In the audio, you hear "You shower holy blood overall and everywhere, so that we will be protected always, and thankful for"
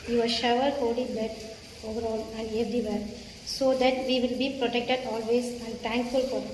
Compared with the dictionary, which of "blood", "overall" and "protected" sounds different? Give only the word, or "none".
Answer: blood